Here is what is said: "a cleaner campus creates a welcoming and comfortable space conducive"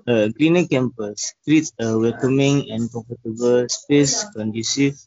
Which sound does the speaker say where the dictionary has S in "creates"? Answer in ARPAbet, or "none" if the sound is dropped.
none